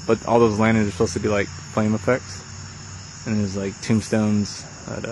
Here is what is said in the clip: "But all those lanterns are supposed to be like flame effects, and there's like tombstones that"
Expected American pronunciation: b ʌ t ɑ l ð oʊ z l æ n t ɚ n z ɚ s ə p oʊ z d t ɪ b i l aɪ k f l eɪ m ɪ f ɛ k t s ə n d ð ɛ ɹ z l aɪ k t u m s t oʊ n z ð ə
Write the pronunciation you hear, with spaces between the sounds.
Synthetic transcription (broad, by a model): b ʌ t ɑ l ð oʊ z l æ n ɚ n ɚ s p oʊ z t ɪ b i l aɪ k f l eɪ m ɪ f ɛ k t s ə n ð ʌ ɹ z l aɪ k t u m s t oʊ n z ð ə